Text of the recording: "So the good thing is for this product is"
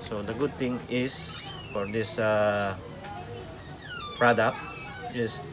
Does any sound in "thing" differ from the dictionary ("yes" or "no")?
yes